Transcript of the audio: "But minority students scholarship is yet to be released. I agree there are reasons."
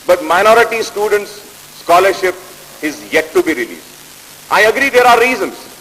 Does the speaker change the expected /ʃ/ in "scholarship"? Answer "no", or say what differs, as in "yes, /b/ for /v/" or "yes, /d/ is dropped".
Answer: no